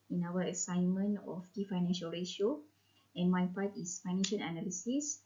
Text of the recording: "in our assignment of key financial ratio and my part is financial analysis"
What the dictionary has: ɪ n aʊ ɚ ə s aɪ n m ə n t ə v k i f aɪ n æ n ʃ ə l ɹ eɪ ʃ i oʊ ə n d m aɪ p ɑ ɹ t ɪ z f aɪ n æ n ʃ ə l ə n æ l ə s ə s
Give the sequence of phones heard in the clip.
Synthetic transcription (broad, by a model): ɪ n aʊ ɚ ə s aɪ n m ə n ə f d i f aɪ n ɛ n ʃ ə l ɹ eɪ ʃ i oʊ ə n m aɪ p ɑ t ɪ s f aɪ n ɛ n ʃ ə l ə n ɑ l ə s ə s